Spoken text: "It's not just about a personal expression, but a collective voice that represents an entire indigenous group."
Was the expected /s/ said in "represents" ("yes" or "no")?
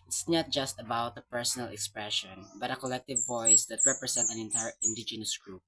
no